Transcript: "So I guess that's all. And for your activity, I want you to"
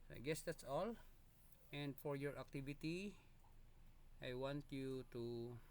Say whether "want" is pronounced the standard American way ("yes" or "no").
yes